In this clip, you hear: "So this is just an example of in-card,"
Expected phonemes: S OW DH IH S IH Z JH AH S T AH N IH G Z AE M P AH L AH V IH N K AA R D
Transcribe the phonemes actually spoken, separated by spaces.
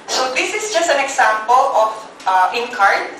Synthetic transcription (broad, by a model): S OW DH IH S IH S JH AH S T AH N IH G S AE M P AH L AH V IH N K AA R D